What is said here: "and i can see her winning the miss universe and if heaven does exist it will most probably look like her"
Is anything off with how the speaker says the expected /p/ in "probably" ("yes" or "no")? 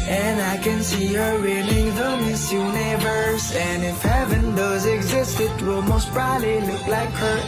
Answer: yes